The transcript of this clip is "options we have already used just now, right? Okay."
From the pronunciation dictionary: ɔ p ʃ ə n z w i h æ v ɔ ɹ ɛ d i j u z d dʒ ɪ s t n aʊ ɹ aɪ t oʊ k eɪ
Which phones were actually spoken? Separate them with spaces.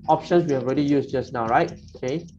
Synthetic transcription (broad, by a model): ɔ p ʃ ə n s w i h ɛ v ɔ ɹ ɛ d i j u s dʒ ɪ s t n aʊ ɹ aɪ t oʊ k eɪ